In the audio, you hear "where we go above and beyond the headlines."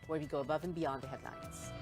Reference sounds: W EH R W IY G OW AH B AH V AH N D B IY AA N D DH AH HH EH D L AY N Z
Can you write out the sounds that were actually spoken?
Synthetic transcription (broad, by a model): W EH R W IY G OW AH B AH V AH N B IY AA N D DH AH HH EH D L AY N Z